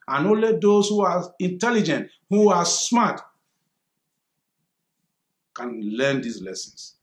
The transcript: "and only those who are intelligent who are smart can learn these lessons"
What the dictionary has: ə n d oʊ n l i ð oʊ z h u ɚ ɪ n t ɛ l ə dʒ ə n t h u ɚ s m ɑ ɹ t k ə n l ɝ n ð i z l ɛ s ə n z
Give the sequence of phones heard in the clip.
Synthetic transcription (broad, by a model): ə n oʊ l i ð oʊ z h u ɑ ɪ n t ɛ l ə dʒ ə n t h u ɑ s m ɑ t k ə n l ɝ n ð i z l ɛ s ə n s